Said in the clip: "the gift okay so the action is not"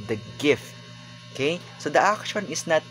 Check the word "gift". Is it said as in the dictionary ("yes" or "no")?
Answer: yes